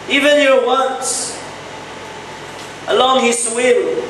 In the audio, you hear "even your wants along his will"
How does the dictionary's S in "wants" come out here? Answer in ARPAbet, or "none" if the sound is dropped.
none